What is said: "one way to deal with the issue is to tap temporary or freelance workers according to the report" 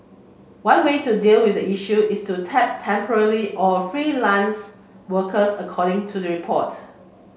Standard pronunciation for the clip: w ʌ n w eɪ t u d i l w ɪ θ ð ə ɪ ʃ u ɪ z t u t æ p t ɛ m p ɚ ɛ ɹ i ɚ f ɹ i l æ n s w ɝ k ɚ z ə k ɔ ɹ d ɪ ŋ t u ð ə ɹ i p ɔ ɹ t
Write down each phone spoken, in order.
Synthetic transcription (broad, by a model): w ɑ n w eɪ t u d i l w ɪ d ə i ʃ u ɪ s t u t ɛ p t ɛ m p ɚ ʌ l i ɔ f ɹ i l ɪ n s w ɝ k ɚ s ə k ɔ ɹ d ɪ ŋ t u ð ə ɹ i p ɔ t